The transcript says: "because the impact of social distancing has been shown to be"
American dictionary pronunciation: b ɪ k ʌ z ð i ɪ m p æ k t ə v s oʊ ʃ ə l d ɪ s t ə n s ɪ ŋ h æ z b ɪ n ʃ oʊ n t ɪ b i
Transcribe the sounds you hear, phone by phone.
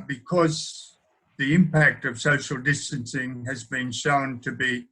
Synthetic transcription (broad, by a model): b ɪ k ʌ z ð i ɪ m p æ k t ə v s oʊ ʃ l d ɪ s t ə n s ɪ ŋ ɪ z b ɪ n ʃ oʊ n t ɪ b i